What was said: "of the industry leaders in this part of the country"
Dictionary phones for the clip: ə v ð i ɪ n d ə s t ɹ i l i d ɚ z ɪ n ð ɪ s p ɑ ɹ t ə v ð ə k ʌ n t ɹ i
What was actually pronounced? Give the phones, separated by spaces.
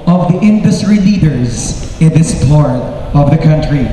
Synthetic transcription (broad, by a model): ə v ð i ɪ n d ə s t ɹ i l i d ɚ z ɪ n ð ɪ s p ɑ ɹ t ə v ð ə k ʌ n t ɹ i